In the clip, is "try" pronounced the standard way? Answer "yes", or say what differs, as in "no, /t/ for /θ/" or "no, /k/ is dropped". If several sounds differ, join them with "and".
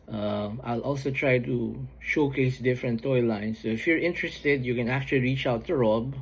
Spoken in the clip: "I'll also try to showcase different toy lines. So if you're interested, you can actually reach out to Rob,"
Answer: yes